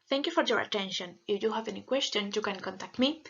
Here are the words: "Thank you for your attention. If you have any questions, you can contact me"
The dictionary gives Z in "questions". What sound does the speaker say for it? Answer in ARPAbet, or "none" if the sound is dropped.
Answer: none